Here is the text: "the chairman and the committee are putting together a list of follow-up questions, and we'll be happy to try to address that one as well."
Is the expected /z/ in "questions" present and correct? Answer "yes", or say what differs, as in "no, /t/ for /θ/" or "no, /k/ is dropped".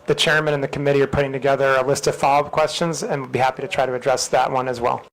yes